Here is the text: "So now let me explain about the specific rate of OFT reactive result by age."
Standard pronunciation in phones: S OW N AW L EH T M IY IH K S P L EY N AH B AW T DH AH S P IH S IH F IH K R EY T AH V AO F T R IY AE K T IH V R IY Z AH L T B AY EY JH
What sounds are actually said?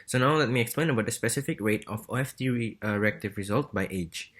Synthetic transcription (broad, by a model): S OW N AW L EH T M IY IH K S P L EY N AH B AW T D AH S P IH S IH F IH K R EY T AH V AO F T R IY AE K T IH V R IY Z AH L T B AY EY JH